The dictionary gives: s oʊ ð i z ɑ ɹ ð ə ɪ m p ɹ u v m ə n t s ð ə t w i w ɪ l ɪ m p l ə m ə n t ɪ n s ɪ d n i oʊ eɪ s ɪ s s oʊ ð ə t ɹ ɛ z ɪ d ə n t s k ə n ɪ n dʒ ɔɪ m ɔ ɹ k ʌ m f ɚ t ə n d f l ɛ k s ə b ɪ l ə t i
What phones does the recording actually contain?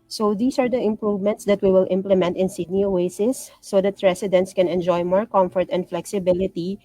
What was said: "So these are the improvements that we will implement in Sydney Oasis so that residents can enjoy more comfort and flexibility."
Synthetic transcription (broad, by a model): s oʊ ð i s ɑ ɹ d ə ɪ m p ɹ u v m ə n t s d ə t w i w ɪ l ɪ m p l ə m ə n t ɪ n s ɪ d n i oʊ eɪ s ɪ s s oʊ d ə t ɹ ɛ s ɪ d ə n t s k ə n ɪ n dʒ ɔɪ m ɔ ɹ k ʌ m f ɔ t ə n d f l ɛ k s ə b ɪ l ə t i